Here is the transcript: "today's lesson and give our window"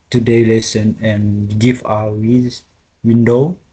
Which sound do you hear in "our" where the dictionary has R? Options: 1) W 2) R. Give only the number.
1